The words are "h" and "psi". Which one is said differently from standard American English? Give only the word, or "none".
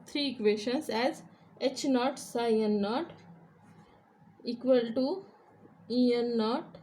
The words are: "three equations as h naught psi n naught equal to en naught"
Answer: none